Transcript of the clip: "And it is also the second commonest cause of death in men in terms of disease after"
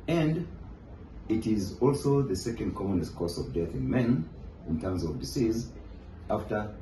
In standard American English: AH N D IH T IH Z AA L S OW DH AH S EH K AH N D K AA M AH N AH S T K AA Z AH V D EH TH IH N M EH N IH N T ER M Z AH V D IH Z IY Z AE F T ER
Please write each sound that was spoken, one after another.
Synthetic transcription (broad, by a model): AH N D IH T IH Z AA L S OW DH AH S EH K AH N D K AA M AH N AH S T K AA S AH V D EH TH IH N M EH N IH N T ER M Z AH V D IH S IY Z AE F T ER